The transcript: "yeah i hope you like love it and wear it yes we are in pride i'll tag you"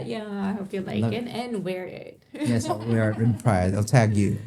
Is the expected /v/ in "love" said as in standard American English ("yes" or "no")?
no